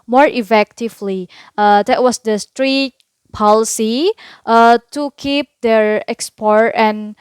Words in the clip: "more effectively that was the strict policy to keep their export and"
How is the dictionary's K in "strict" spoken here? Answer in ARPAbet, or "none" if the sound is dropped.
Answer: none